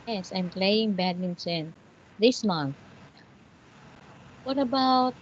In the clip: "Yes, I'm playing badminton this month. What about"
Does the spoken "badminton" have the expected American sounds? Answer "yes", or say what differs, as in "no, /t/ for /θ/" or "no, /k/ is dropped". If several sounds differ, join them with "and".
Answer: no, /s/ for /t/